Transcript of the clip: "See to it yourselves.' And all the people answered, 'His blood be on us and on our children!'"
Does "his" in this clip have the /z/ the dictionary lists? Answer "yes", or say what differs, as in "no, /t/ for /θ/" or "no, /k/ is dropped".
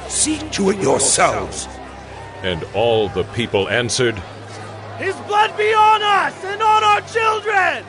yes